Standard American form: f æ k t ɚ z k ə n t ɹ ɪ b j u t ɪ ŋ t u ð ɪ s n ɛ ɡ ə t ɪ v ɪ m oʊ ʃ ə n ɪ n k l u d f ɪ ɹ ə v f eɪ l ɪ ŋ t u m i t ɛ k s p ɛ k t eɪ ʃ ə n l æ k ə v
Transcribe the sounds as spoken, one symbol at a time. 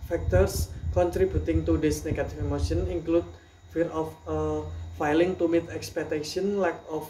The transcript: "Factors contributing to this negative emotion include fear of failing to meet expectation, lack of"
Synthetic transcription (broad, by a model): f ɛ k t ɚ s k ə n t ɹ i b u t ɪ ŋ t u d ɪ s n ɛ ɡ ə t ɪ f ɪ m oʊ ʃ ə n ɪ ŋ k l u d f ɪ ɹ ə f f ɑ l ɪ ŋ t u m i t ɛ k s p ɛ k t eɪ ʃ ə n l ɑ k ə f